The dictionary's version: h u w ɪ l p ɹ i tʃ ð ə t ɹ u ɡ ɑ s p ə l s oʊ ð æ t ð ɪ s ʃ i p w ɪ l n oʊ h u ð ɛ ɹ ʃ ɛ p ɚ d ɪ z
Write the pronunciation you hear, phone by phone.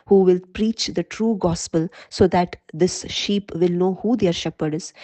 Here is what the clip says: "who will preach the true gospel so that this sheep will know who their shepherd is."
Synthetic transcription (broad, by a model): h u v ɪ l p ɹ i tʃ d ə t ɹ u ɡ ɑ s p ə l s oʊ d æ t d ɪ s ʃ i p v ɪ l n oʊ h u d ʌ ɹ ʃ ɛ p ɚ d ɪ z